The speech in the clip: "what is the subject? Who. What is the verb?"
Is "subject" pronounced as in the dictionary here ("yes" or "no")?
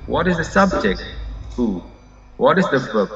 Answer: yes